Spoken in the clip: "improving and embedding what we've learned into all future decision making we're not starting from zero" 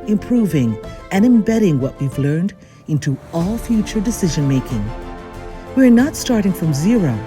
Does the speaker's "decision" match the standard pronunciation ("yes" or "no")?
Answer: yes